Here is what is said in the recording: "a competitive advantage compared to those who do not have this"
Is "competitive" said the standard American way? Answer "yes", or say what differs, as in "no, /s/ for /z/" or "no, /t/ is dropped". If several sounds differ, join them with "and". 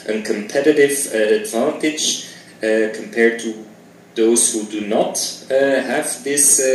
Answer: yes